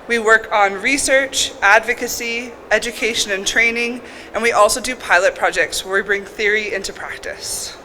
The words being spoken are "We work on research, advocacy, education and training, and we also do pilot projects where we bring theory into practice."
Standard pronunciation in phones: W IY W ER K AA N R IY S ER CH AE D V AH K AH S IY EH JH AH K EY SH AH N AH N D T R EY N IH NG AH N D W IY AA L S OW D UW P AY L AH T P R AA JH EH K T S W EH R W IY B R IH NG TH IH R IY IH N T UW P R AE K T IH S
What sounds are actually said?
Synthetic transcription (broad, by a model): W IY W ER K N R IY S ER CH AE D V AH K AH S IY EH JH AH K EY SH AH N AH N T R EY N IH NG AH N W IY AA L S OW D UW P AY L AH T P R AA JH EH K T S W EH R W IY B R IH NG TH IH R IY IH N T UW P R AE K T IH S